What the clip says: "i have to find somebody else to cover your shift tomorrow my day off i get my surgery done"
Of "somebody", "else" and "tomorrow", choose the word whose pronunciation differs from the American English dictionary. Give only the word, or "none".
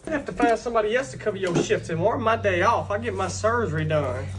tomorrow